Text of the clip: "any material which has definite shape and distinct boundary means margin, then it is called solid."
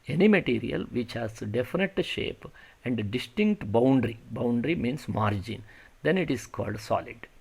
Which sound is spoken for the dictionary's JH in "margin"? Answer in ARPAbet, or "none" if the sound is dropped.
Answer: JH